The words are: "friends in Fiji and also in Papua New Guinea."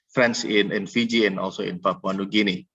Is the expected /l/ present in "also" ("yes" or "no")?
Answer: yes